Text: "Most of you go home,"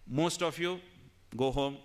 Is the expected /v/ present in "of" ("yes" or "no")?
no